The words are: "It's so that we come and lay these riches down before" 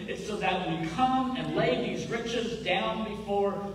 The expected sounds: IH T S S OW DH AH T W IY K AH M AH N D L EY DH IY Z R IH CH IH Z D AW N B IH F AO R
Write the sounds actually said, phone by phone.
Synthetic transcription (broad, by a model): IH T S S OW DH AH T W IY K AH M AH N L EY DH IY Z R IH CH IH Z D AW N B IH F AO R